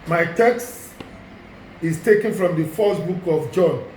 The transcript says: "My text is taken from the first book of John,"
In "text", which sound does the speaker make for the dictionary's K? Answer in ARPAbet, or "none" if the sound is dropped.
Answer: K